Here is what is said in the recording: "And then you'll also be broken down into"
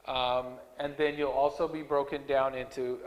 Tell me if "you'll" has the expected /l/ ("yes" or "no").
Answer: yes